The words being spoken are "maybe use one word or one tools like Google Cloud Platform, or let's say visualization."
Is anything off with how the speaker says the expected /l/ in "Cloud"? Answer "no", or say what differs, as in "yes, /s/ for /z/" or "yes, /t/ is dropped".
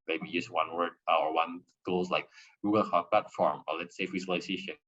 yes, /l/ is dropped